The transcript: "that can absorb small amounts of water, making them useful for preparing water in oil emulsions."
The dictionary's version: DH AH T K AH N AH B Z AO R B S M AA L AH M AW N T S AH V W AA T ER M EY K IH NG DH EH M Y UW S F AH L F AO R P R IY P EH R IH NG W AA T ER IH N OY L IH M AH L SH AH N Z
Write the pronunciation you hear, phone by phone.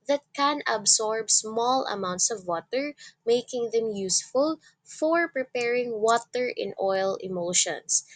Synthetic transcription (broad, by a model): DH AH T K AH N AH B S AO R B S M AA L AH M AW N T S AH V W AA T ER M EY K IH NG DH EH M Y UW S F AH L F AO R P R IY P EH R IH NG W AA T ER IH N OY L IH M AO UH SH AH N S